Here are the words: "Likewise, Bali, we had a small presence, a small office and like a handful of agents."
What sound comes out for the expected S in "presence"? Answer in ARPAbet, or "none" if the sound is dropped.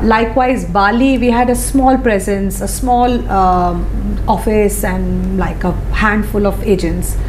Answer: S